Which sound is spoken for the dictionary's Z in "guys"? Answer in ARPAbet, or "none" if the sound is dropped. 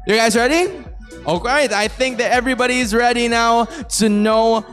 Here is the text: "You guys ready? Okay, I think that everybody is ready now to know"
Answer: Z